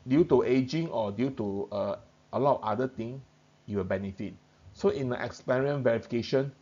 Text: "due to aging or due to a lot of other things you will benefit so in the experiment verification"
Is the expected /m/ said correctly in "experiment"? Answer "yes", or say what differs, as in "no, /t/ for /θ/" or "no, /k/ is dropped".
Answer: no, /m/ is dropped